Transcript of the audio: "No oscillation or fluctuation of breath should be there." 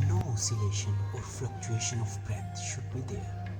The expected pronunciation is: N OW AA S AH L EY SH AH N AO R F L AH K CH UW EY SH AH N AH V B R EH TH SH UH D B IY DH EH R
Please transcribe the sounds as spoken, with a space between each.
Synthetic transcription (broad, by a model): N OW AA S AH L EY SH AH N AO R F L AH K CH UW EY SH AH N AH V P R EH T SH UH D B IY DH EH R